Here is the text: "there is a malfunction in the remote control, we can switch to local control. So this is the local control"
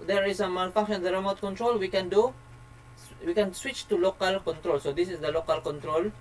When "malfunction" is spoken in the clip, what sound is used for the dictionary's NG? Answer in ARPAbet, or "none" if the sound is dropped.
none